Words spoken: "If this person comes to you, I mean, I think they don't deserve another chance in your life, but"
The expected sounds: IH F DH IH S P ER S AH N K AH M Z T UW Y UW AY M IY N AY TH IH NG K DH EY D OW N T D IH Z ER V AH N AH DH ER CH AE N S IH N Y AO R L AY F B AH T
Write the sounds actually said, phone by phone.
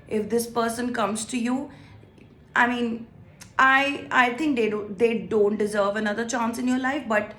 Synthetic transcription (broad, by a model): IH F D IH S P ER S AH N K AH M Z T UW Y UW AY M IY N AY T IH NG K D EY D OW N T D IH Z ER V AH N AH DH ER CH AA N S IH N Y AO R L AY F B AH T